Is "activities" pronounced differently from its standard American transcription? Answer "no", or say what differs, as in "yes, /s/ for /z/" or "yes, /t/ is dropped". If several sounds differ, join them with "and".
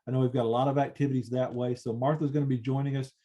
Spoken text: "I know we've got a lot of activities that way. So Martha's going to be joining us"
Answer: no